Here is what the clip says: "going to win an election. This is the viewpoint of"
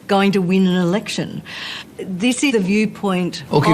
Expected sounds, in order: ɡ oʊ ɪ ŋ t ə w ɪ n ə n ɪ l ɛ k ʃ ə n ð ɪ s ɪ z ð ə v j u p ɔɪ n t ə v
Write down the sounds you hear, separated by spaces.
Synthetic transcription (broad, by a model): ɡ oʊ ɪ ŋ t ə w ɪ n ə n ɪ l ɛ k ʃ ə n ð ɪ s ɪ ð ə v j u p ɔɪ n t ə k